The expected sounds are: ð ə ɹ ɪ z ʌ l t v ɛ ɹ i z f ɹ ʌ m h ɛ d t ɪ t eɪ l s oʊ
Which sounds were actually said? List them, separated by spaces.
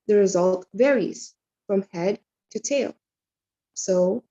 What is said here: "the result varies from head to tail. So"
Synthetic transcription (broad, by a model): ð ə ɹ ɪ z ʌ l t v ɛ ɹ i z f ɹ ʌ m h ɛ d t ɪ t eɪ l s oʊ